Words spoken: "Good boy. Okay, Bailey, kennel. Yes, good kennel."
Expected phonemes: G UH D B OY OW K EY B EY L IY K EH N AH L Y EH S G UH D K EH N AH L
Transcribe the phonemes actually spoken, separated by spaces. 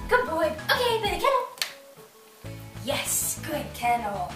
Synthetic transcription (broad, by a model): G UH D B OY OW K EY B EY IY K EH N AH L Y EH S G UH D K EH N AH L